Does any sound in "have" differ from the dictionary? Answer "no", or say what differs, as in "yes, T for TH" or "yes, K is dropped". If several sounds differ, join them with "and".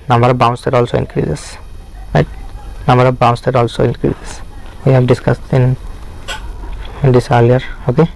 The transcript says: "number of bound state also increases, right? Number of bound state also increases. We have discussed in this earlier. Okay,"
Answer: yes, P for V